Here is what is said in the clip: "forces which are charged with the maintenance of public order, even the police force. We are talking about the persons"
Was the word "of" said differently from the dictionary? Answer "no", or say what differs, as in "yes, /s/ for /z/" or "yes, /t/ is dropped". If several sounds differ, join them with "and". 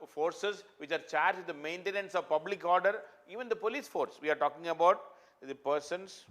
no